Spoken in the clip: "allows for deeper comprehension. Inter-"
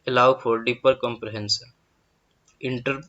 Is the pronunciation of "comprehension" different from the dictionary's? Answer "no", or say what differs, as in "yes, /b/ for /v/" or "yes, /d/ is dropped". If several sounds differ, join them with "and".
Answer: yes, /s/ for /ʃ/